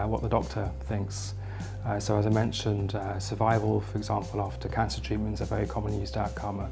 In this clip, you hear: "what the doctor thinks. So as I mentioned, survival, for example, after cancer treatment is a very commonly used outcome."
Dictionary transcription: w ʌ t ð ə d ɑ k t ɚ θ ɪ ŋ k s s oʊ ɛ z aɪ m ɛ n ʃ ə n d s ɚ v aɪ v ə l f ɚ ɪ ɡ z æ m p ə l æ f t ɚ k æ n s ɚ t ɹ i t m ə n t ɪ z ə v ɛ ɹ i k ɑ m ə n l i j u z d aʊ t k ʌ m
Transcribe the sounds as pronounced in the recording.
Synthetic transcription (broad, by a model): w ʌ t ð ə d ɑ k t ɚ θ ɪ ŋ k s s oʊ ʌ z aɪ m ɛ n ʃ ə n d s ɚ v aɪ v ə l f ɚ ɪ ɡ z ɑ m p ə l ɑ f t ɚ k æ n s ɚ t ɹ i t m ə n t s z ə v ɛ ɹ i k ɑ m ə n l j u z d aʊ t k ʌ m